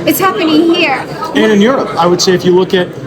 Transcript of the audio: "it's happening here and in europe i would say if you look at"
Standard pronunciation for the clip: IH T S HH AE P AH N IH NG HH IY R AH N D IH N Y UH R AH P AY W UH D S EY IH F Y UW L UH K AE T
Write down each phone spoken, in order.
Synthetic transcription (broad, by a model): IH T S HH AE P AH N IH NG HH IY R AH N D IH N Y UH R AH P AY W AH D S EY IH F Y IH L UH K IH T